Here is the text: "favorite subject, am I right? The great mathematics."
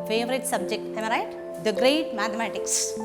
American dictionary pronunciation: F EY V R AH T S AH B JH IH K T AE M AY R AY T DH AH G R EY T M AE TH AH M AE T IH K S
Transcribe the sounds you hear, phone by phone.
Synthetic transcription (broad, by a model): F EY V R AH T S AH B JH IH K T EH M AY R AY T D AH G R EY T M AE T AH M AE T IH K S